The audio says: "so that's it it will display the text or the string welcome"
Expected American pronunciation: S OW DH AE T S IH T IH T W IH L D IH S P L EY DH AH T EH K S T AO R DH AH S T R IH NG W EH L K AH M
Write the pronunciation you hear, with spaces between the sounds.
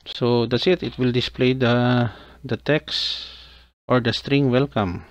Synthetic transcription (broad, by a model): S OW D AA T S IH T IH T W IH L D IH S P L EY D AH T EH K S T AO R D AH S T R IH NG W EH L K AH M